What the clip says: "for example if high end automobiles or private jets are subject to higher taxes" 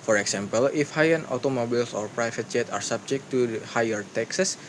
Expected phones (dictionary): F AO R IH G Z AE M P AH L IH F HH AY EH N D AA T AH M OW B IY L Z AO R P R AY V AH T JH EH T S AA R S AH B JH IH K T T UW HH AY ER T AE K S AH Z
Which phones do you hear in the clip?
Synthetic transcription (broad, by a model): F AO R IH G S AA M P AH L IH F HH AY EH N AA T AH M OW B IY L S AO R P R AY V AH T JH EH T AA R S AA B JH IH K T T UW HH AY ER T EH K S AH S